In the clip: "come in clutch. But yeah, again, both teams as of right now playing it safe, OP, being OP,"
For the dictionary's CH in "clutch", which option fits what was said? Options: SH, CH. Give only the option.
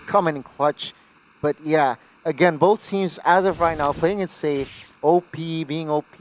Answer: CH